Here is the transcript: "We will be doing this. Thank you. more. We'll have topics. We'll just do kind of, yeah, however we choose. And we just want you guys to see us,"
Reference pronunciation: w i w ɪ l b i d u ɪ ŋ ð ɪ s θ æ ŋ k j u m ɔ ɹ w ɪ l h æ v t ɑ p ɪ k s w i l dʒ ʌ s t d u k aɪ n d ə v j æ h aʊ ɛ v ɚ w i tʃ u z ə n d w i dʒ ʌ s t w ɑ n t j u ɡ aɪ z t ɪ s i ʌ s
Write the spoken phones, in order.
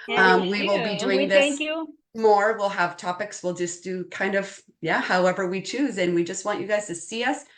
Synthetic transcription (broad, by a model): w i w ɪ l b i d u ɪ ŋ ð ɪ s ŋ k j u m ɔ ɹ w ɪ l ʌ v t ɑ p ɪ k s w i l dʒ ʌ s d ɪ k aɪ n d ə v j æ h aʊ ɛ v ɚ w i tʃ u z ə n w i dʒ ʌ s t w ɑ n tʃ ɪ ɡ aɪ z t ɪ s i ʌ s